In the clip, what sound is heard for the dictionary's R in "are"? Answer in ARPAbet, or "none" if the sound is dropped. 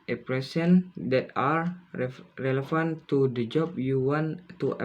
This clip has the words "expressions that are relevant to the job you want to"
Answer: R